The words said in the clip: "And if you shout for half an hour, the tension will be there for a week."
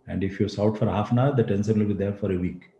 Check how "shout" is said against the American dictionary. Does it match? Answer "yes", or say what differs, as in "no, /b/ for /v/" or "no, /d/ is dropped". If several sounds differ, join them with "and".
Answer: no, /s/ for /ʃ/